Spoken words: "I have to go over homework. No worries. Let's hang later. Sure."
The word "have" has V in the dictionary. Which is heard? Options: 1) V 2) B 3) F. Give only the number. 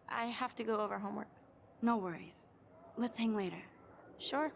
3